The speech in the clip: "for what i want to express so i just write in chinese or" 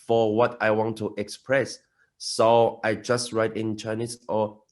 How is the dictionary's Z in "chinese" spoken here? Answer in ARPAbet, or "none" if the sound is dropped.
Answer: S